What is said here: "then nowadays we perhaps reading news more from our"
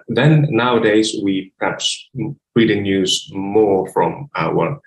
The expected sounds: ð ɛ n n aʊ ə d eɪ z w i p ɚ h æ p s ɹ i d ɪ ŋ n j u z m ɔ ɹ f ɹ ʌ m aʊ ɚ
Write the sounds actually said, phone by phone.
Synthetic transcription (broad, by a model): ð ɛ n n aʊ ə d eɪ z w i p ɚ h æ p s ɹ i d ɪ ŋ n j u z m ɔ ɹ f ɹ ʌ m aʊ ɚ